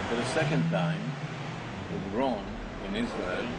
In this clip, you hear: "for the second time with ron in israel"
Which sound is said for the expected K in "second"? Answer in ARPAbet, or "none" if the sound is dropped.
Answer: K